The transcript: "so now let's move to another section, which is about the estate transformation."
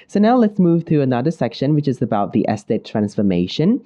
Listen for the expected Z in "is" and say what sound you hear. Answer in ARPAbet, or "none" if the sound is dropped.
Z